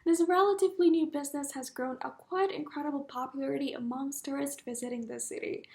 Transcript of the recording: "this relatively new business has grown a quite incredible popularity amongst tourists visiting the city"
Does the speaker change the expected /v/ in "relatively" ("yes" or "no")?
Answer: no